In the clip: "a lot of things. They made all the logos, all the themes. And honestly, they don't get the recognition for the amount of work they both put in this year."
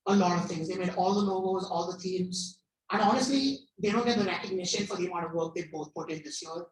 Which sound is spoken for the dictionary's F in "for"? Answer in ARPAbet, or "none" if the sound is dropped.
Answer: F